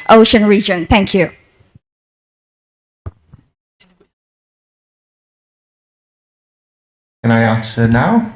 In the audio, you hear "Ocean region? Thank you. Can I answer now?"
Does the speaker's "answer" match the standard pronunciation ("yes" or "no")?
no